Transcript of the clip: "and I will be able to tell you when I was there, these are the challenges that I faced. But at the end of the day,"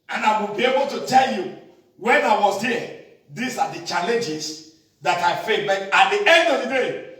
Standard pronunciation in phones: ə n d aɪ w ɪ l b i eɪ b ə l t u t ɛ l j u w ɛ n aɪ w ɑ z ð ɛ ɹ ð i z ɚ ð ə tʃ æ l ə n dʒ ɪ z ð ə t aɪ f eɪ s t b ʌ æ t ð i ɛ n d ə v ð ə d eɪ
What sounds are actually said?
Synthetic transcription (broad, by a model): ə n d aɪ w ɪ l b i eɪ b ə l t u t ɛ l j u w ɛ n aɪ w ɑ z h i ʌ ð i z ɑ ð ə tʃ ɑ l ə n dʒ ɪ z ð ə t aɪ f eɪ t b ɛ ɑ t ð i ɛ n d ə v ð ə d eɪ